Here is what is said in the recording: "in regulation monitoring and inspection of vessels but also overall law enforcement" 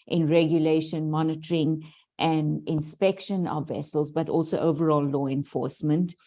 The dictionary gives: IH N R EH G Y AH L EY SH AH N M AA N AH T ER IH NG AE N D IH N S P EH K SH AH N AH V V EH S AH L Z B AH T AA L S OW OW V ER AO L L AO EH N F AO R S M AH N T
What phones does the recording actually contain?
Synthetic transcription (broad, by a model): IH N R EH G Y AH L EY SH AH N M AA N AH T ER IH NG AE N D IH N S P EH K SH AH N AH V V EH S AH L Z B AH T AA L S OW OW V ER AO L L AO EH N F AO R S M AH N T